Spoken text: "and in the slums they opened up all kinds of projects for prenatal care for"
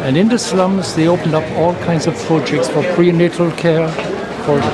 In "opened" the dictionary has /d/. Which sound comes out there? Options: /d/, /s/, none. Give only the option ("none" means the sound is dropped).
/d/